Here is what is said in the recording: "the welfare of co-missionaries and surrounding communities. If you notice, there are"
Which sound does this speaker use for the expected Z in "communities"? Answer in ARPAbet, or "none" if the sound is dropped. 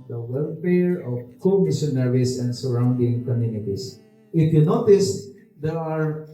S